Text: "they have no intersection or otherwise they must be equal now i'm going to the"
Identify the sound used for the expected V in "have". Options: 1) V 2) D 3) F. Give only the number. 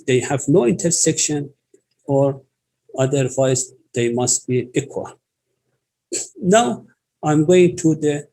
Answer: 1